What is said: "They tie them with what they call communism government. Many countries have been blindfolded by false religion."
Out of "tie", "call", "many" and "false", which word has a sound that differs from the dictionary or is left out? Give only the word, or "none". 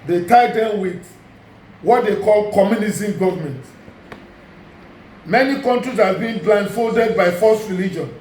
false